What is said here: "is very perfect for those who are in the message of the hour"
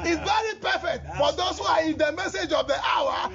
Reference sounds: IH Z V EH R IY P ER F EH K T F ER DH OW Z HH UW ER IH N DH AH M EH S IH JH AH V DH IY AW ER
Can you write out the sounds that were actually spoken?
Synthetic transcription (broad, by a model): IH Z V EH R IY P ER F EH K T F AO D OW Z HH UW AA IH N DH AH M EH S IH JH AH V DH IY AW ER